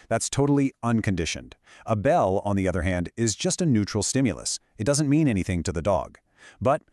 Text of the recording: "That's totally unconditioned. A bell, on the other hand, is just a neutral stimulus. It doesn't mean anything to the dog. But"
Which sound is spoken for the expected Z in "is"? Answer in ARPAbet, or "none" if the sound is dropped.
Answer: Z